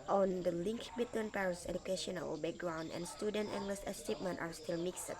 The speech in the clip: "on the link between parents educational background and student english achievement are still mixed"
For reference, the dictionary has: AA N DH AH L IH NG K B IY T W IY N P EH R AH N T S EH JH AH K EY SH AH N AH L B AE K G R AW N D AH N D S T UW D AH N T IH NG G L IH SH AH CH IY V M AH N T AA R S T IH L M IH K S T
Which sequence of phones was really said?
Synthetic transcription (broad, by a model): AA N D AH L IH NG K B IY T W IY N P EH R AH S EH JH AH K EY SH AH N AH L B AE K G R AW N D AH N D S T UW D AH N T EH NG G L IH S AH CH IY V M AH N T AA R S T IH L M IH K S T